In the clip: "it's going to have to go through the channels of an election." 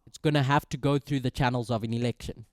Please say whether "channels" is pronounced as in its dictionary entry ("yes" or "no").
yes